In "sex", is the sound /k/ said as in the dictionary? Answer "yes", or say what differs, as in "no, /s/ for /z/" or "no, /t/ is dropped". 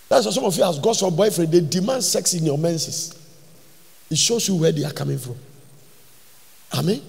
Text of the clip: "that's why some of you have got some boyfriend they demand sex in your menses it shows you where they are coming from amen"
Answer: yes